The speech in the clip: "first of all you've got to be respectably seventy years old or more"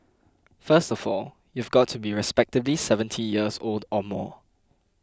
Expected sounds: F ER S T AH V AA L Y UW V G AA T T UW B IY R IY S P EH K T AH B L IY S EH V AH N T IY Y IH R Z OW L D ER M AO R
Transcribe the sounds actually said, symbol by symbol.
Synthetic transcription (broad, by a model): F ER S T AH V AA L Y UW V G AA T T UW B IY R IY S P EH K T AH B L IY S EH V AH N T IY Y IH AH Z OW L D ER M AO